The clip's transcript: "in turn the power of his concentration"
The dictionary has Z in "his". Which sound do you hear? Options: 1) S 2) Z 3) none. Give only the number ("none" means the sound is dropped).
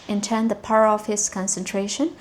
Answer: 1